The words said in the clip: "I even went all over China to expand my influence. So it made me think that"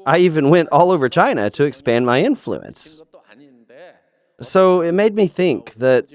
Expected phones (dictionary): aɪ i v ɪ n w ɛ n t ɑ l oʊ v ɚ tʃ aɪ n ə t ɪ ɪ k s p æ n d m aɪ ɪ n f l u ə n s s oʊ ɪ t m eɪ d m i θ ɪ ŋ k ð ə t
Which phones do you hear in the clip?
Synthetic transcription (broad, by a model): aɪ i v ɪ n w ɛ n t ɑ l oʊ v ɚ tʃ aɪ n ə t ɪ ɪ k s p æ n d m aɪ ɪ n f l u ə n s s oʊ ɪ t m eɪ d m i θ ɪ ŋ k ð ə t